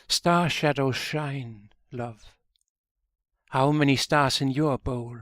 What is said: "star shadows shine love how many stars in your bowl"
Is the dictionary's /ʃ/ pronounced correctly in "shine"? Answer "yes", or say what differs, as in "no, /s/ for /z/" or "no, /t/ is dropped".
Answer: yes